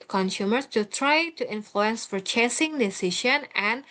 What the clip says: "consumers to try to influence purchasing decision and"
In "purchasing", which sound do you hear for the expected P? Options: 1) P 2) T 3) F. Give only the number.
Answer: 3